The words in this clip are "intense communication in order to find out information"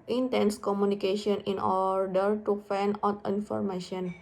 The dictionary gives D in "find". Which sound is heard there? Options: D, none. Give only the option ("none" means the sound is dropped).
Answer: none